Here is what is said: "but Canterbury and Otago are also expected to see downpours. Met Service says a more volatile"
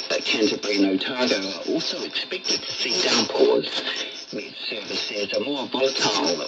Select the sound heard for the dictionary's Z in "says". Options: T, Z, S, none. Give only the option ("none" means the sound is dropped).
Z